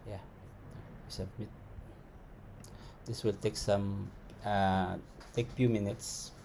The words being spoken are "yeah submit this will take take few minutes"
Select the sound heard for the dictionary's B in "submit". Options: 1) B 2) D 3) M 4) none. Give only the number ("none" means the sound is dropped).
4